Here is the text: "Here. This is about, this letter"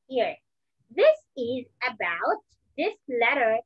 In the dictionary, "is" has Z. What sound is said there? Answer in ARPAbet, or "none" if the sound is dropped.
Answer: Z